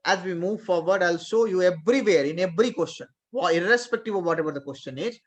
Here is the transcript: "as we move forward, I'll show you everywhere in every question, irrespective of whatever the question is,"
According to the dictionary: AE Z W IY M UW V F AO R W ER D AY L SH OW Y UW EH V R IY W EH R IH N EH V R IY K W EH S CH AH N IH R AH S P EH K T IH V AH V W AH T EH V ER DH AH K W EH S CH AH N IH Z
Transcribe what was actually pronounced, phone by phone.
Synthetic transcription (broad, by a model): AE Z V IY M UW V F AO R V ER D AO L S OW Y UW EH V R IY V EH R IH N EH V R IY K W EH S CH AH N IH R AH S P EH K T IH V AH V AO T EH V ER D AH K W EH S CH AH N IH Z